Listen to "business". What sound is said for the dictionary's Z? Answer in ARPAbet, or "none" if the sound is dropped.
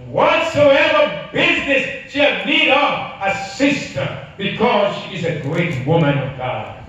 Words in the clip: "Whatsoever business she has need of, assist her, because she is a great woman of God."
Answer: Z